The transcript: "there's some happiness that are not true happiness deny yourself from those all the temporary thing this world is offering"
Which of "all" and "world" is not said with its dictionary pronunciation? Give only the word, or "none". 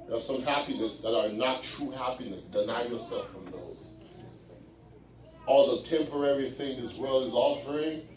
world